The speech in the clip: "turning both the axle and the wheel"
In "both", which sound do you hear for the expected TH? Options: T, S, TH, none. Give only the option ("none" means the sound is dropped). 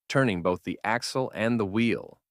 TH